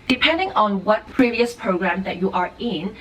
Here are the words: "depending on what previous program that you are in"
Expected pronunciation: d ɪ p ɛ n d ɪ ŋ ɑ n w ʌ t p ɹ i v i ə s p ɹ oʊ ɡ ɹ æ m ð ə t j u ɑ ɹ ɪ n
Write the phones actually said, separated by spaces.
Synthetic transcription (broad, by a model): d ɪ p ɛ n d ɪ ŋ ɑ n w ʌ t p ɹ i v i ə s p ɹ oʊ ɡ ɹ æ m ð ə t j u ɑ ɹ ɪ n